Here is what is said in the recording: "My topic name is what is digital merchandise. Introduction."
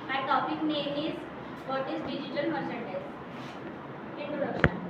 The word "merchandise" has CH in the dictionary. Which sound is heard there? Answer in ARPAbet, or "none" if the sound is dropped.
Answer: S